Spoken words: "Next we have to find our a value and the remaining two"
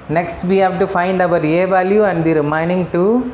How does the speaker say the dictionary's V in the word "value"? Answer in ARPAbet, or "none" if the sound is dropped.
V